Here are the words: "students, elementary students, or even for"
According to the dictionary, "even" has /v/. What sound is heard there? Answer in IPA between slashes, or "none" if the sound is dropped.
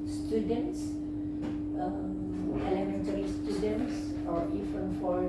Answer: /f/